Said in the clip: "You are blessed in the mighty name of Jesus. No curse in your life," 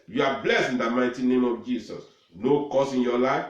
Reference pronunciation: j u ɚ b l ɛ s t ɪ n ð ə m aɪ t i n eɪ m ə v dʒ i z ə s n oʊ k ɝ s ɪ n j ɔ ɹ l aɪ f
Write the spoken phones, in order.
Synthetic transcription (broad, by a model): j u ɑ b l ɛ s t ɪ n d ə m aɪ t i n eɪ m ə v dʒ i s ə s n oʊ k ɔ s ɪ n j ɔ l aɪ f